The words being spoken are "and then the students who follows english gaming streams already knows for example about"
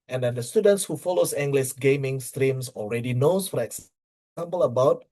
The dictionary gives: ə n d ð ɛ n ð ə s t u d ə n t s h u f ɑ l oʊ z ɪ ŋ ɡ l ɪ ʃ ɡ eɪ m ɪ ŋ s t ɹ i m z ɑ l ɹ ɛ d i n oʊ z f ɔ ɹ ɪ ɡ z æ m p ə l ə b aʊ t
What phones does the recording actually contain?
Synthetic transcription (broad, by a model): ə n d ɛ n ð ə s t u d ə n t s h u f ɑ l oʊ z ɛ ŋ ɡ l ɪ s ɡ eɪ m ɪ ŋ s t ɹ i m s ɑ l ɹ ɛ d i n oʊ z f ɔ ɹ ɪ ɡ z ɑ m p ə l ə b aʊ t